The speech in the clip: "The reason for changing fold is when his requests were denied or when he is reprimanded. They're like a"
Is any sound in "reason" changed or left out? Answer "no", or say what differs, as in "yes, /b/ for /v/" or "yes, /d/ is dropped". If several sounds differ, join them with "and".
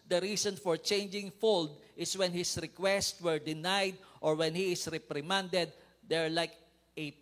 yes, /s/ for /z/